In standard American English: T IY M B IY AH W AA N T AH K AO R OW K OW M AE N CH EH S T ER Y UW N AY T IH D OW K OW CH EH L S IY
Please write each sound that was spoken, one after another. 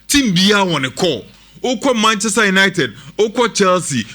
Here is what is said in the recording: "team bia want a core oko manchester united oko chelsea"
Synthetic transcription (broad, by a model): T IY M B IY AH W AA N AH K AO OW K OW M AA N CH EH S T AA Y UW N AY T IH D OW K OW CH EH L S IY